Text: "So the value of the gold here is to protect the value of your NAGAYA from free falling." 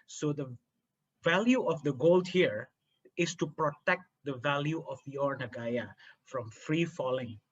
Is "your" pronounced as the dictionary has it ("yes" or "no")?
yes